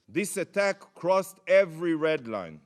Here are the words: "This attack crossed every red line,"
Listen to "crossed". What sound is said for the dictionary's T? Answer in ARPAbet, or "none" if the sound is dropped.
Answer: T